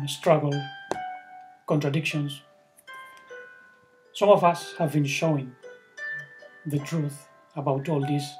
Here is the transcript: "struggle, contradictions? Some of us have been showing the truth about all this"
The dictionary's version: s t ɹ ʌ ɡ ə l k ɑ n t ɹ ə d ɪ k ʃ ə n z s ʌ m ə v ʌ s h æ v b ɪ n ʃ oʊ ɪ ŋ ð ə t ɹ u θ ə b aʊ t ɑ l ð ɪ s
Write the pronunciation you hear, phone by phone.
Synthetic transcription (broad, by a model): s t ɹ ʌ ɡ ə l k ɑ n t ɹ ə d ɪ k ʃ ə n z s ʌ m ə v ʌ s h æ v b ɪ n ʃ oʊ ɪ ŋ ð ə t ɹ u θ ə b aʊ t ɑ l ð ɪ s